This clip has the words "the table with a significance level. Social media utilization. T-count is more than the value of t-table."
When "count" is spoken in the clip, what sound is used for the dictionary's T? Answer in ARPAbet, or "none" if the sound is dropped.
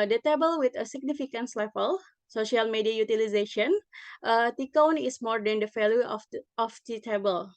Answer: none